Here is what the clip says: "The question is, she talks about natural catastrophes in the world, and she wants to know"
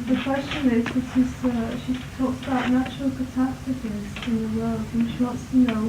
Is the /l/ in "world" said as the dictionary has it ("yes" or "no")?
yes